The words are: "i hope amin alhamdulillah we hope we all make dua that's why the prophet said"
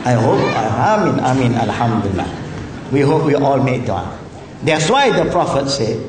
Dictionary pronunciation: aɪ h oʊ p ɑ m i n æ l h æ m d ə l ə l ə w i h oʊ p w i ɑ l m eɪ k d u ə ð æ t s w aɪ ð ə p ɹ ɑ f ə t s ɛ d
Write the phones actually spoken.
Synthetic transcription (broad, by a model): aɪ h oʊ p ɑ m i n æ l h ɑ m d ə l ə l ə w i h oʊ p w i ɑ l m eɪ k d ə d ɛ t s w aɪ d ə p ɹ ɑ f ə t s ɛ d